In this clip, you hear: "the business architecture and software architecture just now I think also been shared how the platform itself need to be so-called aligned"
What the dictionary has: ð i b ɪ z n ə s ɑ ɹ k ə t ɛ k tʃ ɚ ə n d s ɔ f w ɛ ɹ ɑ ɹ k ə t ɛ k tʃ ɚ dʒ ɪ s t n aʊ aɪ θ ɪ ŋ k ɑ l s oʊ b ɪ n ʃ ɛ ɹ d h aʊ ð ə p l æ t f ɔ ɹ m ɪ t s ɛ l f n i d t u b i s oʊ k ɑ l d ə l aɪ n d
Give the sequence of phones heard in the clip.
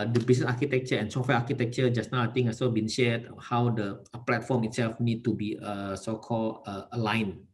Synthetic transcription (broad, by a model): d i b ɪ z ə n ɑ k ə t ɛ k tʃ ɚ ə n s ɔ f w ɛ ɑ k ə t ɛ k tʃ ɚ dʒ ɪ s n aʊ aɪ t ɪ ŋ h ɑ s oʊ b ɪ n ʃ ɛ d h aʊ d ə p l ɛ t f ɔ m ɪ t s ɛ l f n i d t u b i s oʊ k ɑ l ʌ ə l aɪ n